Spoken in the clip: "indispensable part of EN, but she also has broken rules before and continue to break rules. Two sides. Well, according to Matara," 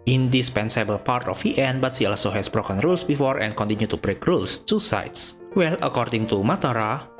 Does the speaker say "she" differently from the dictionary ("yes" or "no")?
yes